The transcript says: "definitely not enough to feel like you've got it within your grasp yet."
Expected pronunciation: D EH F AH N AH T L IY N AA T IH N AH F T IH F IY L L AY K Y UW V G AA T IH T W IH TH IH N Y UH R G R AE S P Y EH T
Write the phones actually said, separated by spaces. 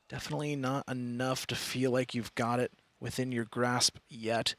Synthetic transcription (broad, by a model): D EH F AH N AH T L IY N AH T IH N AH F T IH F IY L L AY K Y UW V G AA T IH T W IH TH IH N Y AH R G R AE S P Y EH T